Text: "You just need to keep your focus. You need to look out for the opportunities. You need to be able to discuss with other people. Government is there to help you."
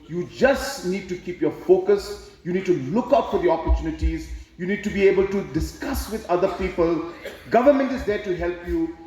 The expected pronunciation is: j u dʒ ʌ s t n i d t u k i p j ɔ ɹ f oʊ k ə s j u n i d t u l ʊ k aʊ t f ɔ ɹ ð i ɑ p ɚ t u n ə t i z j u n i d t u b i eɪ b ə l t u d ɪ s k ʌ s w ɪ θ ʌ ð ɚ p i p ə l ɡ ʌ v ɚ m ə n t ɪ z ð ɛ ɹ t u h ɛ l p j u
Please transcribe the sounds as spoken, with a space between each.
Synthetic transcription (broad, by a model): j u dʒ ʌ s t n i d t u k i p j ɔ ɹ f oʊ k ə s j u n i d t u l ʊ k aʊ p f ɔ ɹ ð i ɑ p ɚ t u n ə t i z j u n i d t u b i eɪ b ə l t u d ɪ s k ʌ s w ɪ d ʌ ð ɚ p i p ə l ɡ ʌ v ɚ m ə n t ɪ z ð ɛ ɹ t u h ɛ l p j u